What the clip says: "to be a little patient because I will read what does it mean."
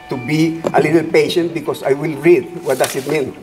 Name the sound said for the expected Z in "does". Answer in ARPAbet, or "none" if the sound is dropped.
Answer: S